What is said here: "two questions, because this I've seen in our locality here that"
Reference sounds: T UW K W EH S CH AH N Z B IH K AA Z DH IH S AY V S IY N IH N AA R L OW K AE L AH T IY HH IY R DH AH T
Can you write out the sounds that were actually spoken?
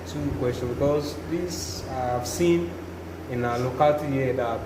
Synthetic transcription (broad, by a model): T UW K W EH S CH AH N B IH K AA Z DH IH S AY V S IY N IH N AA L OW K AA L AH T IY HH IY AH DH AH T